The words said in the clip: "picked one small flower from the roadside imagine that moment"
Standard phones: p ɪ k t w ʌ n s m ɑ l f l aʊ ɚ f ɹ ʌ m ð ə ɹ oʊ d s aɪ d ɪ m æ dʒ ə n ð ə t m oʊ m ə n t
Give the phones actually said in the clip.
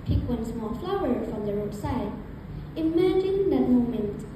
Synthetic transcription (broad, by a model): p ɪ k w ʌ n s m ɑ l f l aʊ ɚ f ɹ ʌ m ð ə ɹ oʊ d s aɪ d ɪ m æ dʒ ə n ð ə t m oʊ m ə n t